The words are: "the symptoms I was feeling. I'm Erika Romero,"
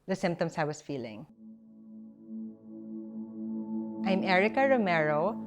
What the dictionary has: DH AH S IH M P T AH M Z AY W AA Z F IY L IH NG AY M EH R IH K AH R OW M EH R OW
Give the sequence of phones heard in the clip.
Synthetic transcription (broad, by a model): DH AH S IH M P T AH M S AY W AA S F IY L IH NG AY M EH R IH K AH R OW M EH R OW